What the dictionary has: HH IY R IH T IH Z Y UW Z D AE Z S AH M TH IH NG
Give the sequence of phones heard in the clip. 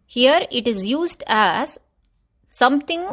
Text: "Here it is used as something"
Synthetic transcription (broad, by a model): HH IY R IH T IH Z Y UW Z D AE Z S AH M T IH NG